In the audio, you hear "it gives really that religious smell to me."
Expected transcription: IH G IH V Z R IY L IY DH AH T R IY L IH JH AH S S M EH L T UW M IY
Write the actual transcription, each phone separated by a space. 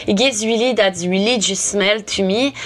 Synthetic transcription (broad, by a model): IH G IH Z W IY L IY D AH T W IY L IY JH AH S S M EH L T UW M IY